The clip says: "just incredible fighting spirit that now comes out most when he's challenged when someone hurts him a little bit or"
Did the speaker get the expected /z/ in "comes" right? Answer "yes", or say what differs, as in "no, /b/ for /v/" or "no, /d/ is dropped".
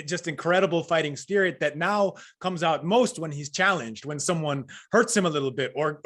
yes